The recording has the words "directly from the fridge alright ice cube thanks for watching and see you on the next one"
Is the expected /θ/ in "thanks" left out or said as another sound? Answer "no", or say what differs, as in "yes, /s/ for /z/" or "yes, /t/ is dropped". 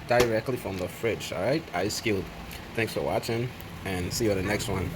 no